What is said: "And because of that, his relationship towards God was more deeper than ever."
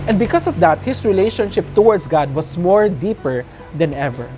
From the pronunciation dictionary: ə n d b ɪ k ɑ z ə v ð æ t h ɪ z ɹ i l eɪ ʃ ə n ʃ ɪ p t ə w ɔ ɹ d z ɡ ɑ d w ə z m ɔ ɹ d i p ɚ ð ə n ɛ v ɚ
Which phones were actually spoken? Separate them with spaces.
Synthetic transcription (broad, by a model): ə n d b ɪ k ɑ s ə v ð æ t h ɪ s ɹ i l eɪ ʃ ə n ʃ ɪ p t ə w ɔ ɹ d s ɡ ɑ d w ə s m ɔ ɹ d i p ɚ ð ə n ɛ v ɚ